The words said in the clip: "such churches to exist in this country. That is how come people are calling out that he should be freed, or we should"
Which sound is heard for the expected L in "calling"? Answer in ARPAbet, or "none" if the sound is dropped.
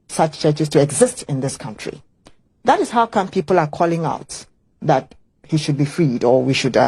L